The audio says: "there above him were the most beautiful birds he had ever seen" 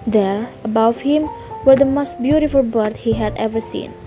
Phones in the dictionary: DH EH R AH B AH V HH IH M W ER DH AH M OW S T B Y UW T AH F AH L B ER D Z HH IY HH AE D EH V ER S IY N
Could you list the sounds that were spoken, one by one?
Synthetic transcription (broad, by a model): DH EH R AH B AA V HH IH M W ER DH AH M OW S T B Y UW T AH F AH L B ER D HH IY HH AE D EH V ER S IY N